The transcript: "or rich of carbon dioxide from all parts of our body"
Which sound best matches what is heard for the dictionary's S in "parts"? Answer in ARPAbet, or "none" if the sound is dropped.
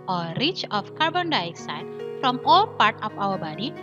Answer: none